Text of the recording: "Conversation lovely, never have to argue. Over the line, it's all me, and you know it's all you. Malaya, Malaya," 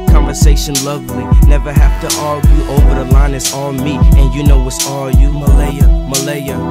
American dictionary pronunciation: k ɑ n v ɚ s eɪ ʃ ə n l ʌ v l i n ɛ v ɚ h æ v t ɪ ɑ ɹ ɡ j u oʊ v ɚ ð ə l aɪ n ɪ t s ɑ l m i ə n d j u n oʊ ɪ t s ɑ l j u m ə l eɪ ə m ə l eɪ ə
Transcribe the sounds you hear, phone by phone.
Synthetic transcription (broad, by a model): k ɑ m v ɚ s eɪ ʃ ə n l ʌ v l i n ɛ v ɚ h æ f t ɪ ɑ l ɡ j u oʊ v ɚ ð ə l aɪ n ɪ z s ɑ l m i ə n j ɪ n oʊ ɪ t s ɑ l j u m ə l eɪ ə m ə l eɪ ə